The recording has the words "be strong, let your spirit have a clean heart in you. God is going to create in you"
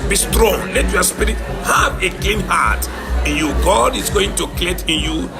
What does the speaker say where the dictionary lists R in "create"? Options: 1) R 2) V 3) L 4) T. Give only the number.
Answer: 3